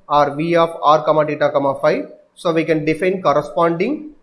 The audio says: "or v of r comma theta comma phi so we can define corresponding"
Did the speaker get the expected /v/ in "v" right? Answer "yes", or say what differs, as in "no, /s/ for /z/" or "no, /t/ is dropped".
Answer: yes